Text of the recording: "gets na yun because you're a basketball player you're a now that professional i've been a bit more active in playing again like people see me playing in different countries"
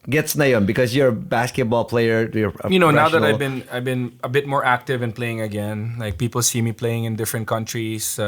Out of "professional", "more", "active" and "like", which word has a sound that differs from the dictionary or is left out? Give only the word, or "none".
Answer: professional